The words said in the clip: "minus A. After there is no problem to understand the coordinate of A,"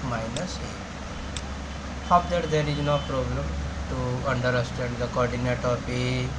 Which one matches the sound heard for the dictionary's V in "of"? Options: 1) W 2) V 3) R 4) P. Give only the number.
4